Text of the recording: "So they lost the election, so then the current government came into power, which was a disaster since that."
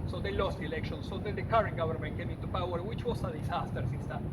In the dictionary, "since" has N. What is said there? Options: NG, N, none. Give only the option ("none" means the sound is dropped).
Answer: none